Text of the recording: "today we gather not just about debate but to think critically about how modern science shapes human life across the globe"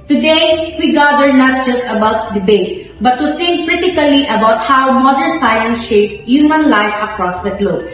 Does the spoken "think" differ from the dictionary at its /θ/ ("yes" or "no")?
yes